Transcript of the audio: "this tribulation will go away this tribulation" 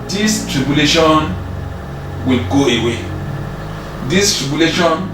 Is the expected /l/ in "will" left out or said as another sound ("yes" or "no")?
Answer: no